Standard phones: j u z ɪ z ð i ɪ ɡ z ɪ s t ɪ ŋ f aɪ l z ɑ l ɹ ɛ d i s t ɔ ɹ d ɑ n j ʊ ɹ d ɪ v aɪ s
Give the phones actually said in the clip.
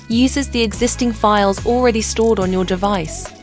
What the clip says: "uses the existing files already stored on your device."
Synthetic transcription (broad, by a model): j u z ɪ z ð i ɪ ɡ z ɪ s t ɪ ŋ f aɪ l z ɑ l ɹ ɛ d i s t ɔ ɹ d n j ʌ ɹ d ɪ v aɪ s